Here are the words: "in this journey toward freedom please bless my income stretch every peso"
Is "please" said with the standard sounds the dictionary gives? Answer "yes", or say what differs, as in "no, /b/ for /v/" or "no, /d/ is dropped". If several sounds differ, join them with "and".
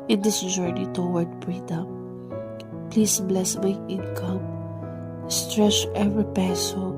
no, /s/ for /z/